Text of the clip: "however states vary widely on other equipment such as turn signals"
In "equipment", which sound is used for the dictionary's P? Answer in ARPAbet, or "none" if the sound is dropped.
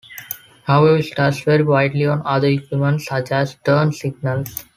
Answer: none